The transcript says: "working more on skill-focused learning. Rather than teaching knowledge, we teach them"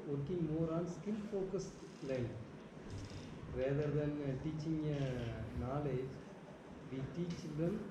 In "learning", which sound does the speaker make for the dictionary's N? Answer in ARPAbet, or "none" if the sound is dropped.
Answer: none